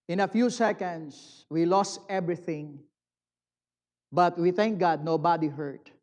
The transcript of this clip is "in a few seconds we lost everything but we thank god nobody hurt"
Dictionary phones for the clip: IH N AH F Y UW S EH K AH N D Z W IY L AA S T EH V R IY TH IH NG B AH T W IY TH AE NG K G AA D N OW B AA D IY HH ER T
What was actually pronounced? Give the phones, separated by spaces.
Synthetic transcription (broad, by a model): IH N AH F Y UW S EH K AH N D S W IY L AA S T EH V R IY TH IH NG B AH T W IY TH AE NG K G AA D N OW B AA D IY HH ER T